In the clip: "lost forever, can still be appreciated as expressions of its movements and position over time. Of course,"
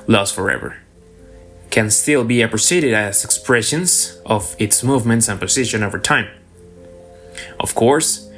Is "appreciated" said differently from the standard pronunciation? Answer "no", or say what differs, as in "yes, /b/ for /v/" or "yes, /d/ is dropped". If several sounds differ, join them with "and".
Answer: yes, /s/ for /ʃ/